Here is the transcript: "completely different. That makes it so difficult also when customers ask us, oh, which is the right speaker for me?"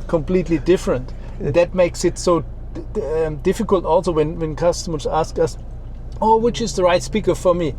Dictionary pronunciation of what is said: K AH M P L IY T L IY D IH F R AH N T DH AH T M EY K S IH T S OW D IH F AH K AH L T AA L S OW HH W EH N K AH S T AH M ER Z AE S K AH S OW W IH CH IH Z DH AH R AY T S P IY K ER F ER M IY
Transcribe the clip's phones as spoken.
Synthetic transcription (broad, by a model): K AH M P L IY T L IY D IH F R AH N T DH AH T M EY K S IH T S OW D IH F AH K AH L T AA L S OW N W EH N K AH S T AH M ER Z AE S K AH S OW W IH CH IH Z DH AH R AY T S P IY K ER F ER M IY